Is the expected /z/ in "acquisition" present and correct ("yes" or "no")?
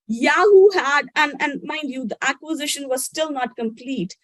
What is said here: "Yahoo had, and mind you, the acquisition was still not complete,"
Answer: yes